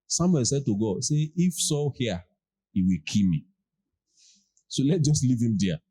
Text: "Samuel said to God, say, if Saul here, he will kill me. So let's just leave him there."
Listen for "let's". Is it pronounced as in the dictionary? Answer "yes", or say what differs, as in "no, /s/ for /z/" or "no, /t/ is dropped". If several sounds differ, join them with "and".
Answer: no, /s/ is dropped